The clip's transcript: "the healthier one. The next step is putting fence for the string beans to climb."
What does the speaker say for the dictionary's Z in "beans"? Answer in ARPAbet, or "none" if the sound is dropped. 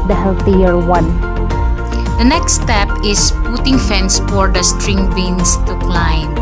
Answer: S